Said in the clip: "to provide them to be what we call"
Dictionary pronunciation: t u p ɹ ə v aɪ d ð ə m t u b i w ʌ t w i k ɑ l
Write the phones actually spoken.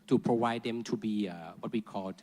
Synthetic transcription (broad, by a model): t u p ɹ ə w aɪ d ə m t u b i w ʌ t w i k ɑ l